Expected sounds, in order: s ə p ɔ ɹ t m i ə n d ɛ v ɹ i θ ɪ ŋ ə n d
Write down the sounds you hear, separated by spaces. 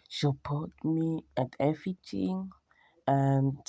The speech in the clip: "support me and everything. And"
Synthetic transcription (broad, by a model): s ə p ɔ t m i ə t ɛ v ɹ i t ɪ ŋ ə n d